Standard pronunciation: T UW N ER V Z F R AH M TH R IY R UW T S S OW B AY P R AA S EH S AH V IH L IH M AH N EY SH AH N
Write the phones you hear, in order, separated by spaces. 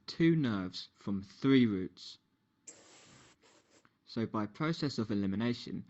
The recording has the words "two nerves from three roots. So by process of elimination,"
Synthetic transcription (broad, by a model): T UW N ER V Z F R AH M TH R IY R UW T S S OW B AY P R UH S EH S AH V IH L IH M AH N EY SH AH N